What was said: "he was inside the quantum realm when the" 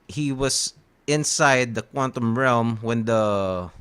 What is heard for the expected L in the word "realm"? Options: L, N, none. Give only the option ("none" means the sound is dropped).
L